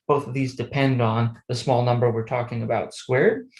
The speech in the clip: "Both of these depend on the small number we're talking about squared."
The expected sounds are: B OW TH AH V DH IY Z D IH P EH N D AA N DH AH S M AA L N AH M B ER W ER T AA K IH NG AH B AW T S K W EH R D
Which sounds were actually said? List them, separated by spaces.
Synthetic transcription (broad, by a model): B OW TH AH V DH IY Z D IH P EH N D N DH AH S M AA L N AH M B ER W ER T AA K IH NG AH B AW T S K W EH R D